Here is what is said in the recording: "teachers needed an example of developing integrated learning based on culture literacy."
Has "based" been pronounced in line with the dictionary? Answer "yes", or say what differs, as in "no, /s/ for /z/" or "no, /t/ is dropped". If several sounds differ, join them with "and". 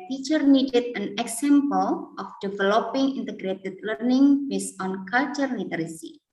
no, /t/ is dropped